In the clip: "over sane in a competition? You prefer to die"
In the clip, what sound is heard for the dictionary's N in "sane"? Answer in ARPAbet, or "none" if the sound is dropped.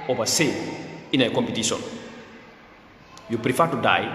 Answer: none